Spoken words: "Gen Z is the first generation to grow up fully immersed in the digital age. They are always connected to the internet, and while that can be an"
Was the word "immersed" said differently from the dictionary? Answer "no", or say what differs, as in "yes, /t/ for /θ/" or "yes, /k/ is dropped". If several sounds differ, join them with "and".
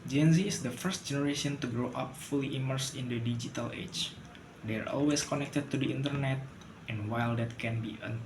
yes, /t/ is dropped